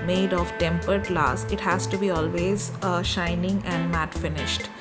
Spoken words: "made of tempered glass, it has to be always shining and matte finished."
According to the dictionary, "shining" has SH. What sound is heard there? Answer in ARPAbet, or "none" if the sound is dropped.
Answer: SH